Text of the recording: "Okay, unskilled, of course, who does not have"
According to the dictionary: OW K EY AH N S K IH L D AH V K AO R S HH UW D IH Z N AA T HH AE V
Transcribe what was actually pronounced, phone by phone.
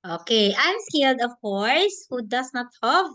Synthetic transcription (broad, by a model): OW K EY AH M S K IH L D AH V K AO R S HH UW D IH S N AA T HH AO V